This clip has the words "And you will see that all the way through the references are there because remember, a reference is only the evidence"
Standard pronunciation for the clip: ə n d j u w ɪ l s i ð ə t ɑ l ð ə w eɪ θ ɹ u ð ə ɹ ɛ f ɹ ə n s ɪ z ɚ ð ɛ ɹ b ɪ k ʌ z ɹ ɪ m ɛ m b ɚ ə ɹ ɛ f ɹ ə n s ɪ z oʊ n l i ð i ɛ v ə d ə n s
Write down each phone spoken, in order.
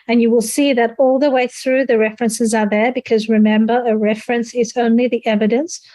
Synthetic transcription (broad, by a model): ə n j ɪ w ɪ l s i ð ə t ɑ l ð ə w eɪ θ ɹ u ð ə ɹ ɛ f ɹ ə n s ɪ z ɚ ð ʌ ɹ b ɪ k ʌ z ɹ ɪ m ɛ m b ɚ ə ɹ ɛ f ɹ ə n s ɪ z oʊ n l i ð i ɛ v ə d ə n s